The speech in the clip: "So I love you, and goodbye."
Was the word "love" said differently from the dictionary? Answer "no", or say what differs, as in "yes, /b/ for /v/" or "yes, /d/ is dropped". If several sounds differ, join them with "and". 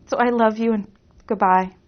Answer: no